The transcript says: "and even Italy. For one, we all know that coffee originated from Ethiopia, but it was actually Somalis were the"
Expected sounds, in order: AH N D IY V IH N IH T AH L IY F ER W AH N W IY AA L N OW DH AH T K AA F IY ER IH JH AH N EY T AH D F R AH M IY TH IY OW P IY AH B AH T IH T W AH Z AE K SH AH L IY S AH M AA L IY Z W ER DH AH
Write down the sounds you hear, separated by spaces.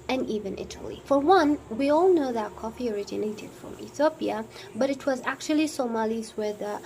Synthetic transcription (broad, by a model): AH N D IY V IH N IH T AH L IY F ER W AH N W IY AA L N OW DH AH T K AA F IY ER IH JH AH N EY T AH D F R AH M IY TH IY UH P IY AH B AH T IH T W AH Z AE K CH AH L IY S AH M AA L IY Z W ER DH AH